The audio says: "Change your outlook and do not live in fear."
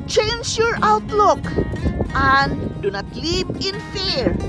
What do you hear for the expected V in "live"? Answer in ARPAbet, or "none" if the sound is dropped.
P